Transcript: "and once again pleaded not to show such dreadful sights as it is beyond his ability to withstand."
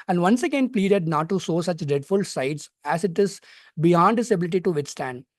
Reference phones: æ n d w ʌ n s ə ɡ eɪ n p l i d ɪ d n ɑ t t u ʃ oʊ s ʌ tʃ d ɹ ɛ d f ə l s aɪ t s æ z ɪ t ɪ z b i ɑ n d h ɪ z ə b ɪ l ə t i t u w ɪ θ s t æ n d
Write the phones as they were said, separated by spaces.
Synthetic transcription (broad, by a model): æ n d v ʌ n s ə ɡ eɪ n p l i d ɪ d n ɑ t t u s oʊ s ʌ tʃ d ɹ ɛ d f ə l s aɪ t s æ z ɪ t ɪ z b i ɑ n d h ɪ s ə b ɪ l ə t i t u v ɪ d s t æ n d